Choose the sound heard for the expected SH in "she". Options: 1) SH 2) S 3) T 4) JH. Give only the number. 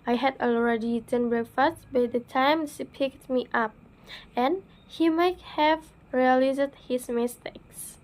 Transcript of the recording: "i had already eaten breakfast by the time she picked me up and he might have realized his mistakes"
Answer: 2